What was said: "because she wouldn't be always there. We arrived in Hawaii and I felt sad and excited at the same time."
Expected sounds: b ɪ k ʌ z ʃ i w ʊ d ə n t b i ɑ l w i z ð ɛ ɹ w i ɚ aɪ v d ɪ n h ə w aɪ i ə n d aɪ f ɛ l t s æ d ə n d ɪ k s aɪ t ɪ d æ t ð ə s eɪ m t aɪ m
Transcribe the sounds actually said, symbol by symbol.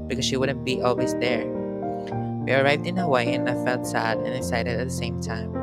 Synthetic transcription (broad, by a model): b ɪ k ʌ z ʃ i w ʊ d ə n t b i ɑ l w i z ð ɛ ɹ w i ɚ aɪ v d ɪ n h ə w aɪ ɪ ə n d aɪ f ɛ l t s æ d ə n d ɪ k s aɪ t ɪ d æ t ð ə s eɪ m t aɪ m